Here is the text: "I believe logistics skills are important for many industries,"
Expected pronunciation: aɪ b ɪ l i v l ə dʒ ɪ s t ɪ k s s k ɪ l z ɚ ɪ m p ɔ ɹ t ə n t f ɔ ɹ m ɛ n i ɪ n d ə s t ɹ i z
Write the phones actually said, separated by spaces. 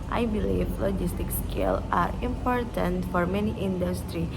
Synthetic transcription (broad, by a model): aɪ b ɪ l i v l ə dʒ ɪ s t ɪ k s s k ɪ l ɚ ɪ m p ɔ ɹ t ə n t f ɔ ɹ m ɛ n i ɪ n d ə s t ɹ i